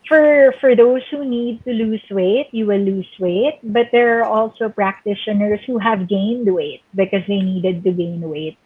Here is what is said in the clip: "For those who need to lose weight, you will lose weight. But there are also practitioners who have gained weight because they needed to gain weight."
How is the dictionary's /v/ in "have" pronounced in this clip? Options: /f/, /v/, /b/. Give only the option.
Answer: /v/